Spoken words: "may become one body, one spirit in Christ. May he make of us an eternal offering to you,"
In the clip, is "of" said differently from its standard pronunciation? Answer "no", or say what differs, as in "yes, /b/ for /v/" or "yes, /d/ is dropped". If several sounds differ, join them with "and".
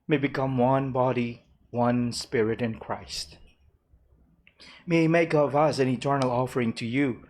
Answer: no